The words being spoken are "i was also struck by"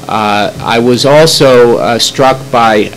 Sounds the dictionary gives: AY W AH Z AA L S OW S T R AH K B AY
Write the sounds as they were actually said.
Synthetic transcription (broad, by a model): AY W AH Z AA L S OW S T R AH K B AY